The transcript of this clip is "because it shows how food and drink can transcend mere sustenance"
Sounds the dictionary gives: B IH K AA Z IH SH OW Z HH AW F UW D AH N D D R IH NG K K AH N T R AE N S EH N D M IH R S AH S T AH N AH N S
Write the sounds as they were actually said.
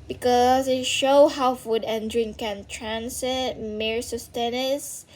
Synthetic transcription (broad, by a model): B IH K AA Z IH SH OW HH AW F UW D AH N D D R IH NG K K AH N T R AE N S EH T M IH R S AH S T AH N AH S